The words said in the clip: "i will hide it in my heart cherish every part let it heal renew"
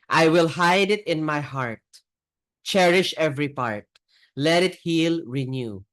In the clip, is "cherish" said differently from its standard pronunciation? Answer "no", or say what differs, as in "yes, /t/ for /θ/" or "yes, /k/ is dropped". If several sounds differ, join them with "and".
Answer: no